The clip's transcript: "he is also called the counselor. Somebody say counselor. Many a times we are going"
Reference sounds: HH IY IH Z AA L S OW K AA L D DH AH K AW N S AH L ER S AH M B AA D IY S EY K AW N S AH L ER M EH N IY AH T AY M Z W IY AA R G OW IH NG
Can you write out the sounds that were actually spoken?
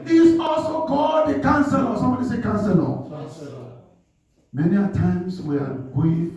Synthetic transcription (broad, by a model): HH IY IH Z AA L S OW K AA D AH K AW N S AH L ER S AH M B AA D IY S EY K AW N S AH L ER M EH N IY AH T AY M S W IY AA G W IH